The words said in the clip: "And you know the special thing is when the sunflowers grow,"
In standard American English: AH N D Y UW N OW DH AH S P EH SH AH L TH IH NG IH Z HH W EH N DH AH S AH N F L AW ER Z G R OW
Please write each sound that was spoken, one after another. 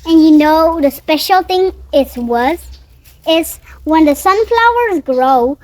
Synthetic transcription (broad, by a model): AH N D Y UW N OW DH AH S P EH SH AH L T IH NG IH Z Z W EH N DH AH S AH N F L AW ER Z G R OW